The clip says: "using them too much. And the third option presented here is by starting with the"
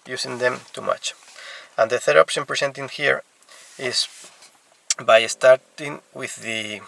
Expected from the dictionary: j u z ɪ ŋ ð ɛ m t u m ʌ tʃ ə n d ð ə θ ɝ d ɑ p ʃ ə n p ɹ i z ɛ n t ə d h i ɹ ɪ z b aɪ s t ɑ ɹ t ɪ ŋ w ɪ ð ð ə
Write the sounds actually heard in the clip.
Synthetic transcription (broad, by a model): j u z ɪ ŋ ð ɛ m t u m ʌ tʃ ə n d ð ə θ ɝ d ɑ p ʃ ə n p ɹ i s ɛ n t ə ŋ h i ɹ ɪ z b aɪ s t ɑ ɹ t ɪ ŋ w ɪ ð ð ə